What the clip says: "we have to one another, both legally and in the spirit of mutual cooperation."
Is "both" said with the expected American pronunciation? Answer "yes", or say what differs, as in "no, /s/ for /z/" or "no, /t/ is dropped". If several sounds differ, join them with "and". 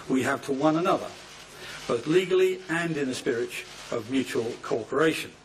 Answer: yes